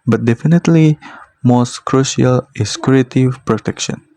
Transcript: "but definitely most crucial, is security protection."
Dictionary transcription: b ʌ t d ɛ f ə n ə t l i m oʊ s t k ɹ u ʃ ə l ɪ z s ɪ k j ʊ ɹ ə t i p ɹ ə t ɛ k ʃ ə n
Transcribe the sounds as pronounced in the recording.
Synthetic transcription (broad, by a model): b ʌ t d ɛ f ə n ə t l i m oʊ s t k ɹ u ʃ ə l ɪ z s k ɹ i ə t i p ɹ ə t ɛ k ʃ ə n